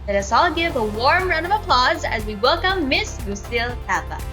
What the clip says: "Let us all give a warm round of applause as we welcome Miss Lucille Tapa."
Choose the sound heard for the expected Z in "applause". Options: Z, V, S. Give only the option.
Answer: Z